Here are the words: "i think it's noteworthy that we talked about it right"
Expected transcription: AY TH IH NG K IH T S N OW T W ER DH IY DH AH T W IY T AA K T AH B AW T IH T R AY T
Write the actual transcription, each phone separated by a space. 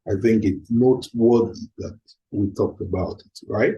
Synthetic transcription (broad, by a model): AY TH IH NG K IH T S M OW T W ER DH IY DH AH T W IY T AA K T AH B AW T IH T R AY T